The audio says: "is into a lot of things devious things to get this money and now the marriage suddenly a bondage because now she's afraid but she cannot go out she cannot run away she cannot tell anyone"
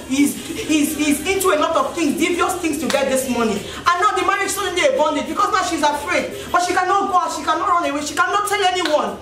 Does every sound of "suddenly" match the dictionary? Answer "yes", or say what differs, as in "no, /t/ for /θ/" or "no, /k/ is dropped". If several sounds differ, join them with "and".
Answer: no, /l/ is dropped